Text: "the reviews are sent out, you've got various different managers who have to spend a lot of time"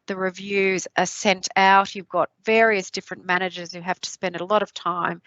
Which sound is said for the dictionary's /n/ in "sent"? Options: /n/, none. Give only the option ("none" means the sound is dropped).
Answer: /n/